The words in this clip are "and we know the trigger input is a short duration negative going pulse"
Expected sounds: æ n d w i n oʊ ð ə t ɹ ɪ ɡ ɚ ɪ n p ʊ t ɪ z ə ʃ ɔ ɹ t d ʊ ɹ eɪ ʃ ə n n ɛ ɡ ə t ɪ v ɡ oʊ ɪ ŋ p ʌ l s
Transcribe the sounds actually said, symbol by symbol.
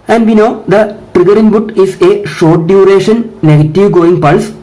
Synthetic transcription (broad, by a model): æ n d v i n oʊ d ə t ɹ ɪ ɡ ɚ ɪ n b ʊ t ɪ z ə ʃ ɔ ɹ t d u ɹ eɪ ʃ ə n n ɛ ɡ ə t ɪ v ɡ oʊ ɪ ŋ p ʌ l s